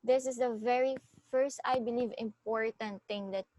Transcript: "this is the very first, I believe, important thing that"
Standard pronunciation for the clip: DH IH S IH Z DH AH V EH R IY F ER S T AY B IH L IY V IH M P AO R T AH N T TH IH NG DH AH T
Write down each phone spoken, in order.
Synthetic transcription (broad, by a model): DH IH S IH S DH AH V EH R IY F ER S T AY B IH L IY V IH M P AO R T AH N T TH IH NG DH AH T